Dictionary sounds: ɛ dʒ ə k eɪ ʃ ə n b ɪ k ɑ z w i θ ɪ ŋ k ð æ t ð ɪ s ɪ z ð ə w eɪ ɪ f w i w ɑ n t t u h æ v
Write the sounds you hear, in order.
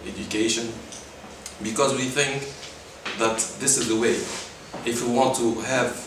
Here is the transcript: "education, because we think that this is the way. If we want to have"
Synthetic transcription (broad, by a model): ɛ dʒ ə k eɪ ʃ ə n b ɪ k ɑ z w i θ ɪ ŋ k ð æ t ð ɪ s ɪ z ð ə w eɪ ɪ f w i w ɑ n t t u h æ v